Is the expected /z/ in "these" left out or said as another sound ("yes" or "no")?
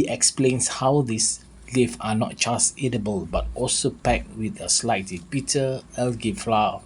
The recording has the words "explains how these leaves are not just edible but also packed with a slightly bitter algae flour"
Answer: yes